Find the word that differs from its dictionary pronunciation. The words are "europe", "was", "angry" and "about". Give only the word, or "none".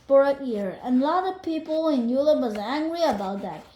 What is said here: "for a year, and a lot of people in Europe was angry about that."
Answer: europe